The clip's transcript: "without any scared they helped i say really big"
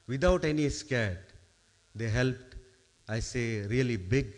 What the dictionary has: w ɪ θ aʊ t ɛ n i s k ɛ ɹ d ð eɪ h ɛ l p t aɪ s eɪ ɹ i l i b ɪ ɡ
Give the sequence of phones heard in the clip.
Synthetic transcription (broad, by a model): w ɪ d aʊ t ɛ n i s k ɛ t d eɪ h ɛ l p t aɪ s eɪ ɹ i l i b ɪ ɡ